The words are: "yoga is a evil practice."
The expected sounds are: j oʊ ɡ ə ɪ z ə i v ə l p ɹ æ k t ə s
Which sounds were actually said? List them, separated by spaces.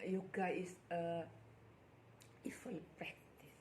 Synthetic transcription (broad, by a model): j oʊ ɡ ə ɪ s ə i f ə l p ɹ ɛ k t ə s